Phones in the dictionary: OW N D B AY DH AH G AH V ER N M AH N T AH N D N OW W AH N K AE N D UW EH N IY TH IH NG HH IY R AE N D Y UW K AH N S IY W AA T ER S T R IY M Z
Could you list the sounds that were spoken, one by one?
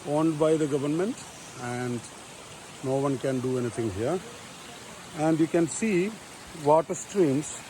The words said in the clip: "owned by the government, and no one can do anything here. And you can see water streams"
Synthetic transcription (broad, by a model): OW N D B AY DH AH G AH V ER N M AH N T AH N D N OW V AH N K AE N D UW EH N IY T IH NG HH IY R AE N D Y UW K AH N S IY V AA T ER S T R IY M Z